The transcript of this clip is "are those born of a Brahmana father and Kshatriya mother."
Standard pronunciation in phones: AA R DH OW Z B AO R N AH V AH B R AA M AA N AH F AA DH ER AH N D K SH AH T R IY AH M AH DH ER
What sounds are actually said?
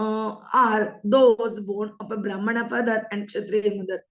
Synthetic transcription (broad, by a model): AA R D OW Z B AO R N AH P AH B R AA M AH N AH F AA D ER AH N D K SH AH T R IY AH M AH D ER